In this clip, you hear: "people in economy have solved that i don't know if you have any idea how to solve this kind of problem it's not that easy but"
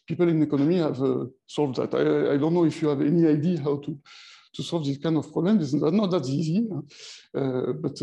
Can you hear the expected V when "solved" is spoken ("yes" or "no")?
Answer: yes